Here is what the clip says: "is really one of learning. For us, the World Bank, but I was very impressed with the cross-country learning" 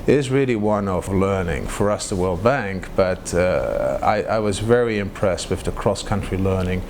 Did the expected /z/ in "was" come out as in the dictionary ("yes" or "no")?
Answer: yes